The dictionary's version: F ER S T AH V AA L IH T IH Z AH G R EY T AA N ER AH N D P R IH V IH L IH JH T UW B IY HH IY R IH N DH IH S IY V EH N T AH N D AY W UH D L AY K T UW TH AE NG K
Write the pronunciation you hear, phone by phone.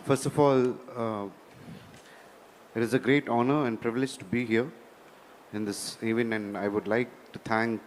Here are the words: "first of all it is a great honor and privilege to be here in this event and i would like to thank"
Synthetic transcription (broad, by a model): F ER S T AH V AA L IH T IH Z AH G R EY T AA N ER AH N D P R IH V IH L IH JH T UW B IY HH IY R IH N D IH S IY V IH N AH N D AY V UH D L AY K T UW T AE NG K